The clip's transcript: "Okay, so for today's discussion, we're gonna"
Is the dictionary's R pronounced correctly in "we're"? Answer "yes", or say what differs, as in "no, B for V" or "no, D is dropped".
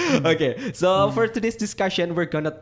yes